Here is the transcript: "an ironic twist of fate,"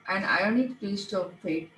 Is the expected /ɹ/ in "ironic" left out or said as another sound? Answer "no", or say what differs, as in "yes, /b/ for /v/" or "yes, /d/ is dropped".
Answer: yes, /ɹ/ is dropped